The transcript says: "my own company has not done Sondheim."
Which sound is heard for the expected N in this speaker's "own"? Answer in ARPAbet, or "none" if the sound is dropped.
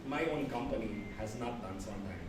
N